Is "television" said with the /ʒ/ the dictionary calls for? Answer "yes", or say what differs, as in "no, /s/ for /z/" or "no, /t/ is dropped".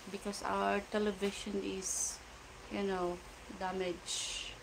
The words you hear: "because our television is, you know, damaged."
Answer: no, /ʃ/ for /ʒ/